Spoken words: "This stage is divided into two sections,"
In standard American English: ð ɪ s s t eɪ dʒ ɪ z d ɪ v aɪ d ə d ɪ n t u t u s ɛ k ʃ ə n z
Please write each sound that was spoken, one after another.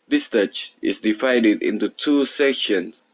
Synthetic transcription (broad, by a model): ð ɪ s s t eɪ tʃ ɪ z d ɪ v aɪ d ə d ɪ n t u t u s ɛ k ʃ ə n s